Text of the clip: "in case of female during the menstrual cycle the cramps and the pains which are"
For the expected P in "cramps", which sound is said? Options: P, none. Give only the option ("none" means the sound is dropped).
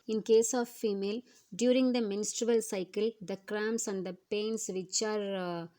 none